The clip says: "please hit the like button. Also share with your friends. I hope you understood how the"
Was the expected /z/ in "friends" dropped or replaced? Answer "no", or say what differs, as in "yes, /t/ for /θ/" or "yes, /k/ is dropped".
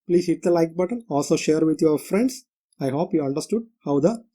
yes, /s/ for /z/